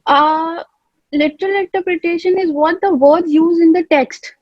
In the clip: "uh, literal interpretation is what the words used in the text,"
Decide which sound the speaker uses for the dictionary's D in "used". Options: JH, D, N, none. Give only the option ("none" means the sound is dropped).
none